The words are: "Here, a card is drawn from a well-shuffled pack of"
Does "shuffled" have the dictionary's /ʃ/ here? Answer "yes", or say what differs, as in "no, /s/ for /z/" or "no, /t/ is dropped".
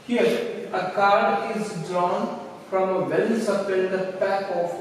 no, /s/ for /ʃ/